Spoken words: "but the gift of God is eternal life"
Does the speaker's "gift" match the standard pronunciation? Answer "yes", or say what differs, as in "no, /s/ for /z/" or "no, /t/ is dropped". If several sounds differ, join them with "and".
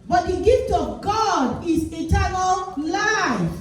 yes